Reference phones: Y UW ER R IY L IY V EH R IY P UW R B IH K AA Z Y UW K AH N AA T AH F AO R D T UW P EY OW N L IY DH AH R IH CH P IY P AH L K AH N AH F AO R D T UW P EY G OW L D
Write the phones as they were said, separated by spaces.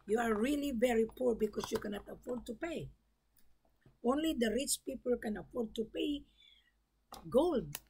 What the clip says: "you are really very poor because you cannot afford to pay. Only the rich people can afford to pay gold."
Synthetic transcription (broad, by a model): Y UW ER R IY L IY V EH R IY P UW R B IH K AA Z Y UW K AH N AA T AH F AO R D T UW P EY OW N L IY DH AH R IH CH P IY P AH L K AH N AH F AO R D T UW P EY G OW L D